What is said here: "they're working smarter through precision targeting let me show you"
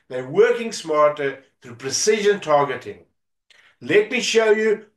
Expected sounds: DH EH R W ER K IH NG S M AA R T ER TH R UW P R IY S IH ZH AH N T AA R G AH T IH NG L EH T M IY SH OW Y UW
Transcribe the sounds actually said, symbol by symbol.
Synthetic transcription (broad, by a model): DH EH W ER K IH NG S M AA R T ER TH R UW P R IY S IH ZH AH N T AA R G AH T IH NG L EH T M IY SH OW Y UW